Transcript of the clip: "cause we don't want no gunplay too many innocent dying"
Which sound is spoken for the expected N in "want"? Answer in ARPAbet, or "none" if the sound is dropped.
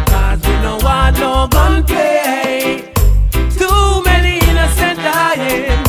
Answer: none